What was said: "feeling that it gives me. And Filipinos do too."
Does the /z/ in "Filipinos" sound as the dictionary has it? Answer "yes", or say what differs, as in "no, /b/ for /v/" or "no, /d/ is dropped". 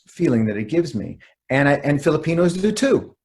yes